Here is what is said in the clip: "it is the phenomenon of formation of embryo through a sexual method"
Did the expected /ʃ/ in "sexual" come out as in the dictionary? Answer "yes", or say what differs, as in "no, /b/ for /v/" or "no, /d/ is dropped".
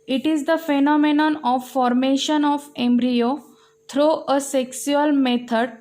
no, /s/ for /ʃ/